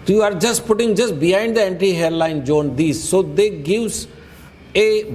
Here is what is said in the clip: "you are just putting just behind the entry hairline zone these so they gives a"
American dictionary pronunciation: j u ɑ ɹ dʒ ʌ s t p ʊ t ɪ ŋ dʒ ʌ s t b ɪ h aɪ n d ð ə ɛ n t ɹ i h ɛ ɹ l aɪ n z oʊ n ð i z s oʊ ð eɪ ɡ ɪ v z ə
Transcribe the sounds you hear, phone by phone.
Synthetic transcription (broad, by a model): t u ɑ ɹ dʒ ʌ s t p ʊ t ɪ ŋ dʒ ʌ s t b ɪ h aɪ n d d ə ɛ n t i h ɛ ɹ l aɪ n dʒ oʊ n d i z s oʊ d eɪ ɡ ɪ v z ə